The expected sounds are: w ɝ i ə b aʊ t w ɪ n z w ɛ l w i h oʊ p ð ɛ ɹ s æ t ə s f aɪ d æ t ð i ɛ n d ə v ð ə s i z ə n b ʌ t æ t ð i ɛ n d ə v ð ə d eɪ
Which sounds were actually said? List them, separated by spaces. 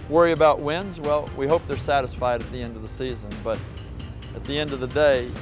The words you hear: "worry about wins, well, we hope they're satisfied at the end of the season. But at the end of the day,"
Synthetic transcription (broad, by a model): w ɝ i ə b aʊ t w ɪ n z w ɛ l w i h oʊ p ð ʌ ɹ s æ t ə s f aɪ d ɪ t ð i ɛ n d ə v ð ə s i z ə n b ʌ t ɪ t ð i ɛ n d ə v ð ə d eɪ